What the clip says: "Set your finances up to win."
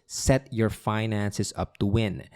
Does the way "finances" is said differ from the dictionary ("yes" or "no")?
yes